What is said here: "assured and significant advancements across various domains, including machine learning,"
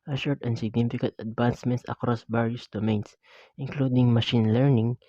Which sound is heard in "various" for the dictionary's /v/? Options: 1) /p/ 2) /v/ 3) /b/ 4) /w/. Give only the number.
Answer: 3